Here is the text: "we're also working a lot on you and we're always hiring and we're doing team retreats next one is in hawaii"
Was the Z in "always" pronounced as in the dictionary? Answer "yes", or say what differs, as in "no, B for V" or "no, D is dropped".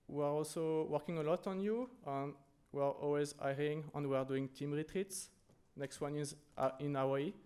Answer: yes